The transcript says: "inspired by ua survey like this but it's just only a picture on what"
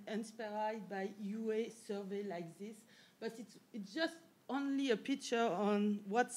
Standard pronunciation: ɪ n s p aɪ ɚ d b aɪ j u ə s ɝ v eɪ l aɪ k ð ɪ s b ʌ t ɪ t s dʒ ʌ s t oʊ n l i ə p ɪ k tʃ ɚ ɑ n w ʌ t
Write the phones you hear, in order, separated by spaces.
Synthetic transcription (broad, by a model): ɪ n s p aɪ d b aɪ j u ə s ɝ v eɪ l aɪ k ð ɪ s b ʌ t ɪ t s dʒ ʌ s t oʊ n l i ə p ɪ k tʃ ɚ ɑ n w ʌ t